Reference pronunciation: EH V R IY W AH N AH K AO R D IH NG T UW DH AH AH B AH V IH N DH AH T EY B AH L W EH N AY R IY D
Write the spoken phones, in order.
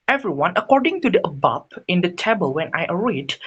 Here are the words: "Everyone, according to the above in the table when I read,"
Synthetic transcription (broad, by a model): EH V R IY W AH N AH K AO R D IH NG T UW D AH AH B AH P IH N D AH T EY B AH L W EH N AY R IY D